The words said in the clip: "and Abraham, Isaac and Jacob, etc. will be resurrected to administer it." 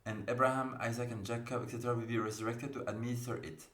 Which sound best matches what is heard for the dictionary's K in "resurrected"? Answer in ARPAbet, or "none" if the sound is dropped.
K